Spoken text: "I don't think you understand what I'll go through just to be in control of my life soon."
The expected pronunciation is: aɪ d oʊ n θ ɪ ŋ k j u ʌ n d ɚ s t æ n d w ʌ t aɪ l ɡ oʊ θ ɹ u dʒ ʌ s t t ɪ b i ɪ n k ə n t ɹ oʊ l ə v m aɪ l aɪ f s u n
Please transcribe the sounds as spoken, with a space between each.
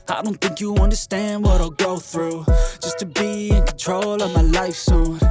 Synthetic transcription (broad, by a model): aɪ d oʊ n θ ɪ ŋ k j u ʌ n d ɚ s t æ n d w ʌ t aɪ l ɡ oʊ θ ɹ u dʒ ʌ s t t ɪ b i ɪ n k n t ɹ oʊ l ə v m aɪ l aɪ f s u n